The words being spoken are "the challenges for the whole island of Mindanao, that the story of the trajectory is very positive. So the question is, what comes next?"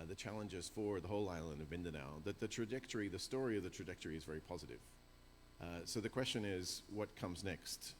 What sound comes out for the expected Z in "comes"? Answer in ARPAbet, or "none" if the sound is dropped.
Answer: Z